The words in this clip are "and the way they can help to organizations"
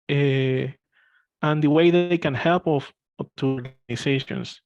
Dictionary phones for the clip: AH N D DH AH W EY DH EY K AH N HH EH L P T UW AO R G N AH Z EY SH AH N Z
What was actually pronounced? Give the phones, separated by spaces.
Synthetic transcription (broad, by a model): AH N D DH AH W EY DH EY K AH N HH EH L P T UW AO R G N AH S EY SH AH N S